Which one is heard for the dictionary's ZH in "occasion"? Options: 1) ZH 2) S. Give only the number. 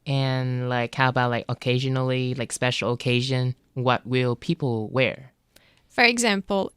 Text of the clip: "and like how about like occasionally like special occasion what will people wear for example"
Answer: 1